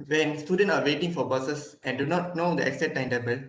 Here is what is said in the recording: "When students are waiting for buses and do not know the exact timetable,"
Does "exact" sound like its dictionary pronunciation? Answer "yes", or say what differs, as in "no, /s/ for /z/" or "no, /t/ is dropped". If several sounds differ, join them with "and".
no, /k/ is dropped